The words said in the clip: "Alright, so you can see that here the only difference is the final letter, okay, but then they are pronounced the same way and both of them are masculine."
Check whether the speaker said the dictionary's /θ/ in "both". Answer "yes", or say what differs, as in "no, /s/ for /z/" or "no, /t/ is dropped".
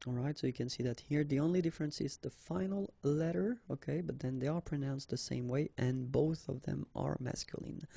yes